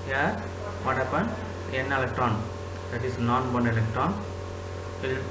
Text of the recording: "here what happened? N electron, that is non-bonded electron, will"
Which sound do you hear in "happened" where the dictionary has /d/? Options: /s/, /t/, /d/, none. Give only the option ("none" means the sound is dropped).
none